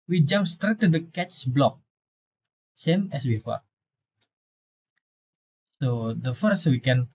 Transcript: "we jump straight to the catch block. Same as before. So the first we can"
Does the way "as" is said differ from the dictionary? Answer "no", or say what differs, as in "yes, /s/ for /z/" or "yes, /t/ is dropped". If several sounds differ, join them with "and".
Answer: yes, /s/ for /z/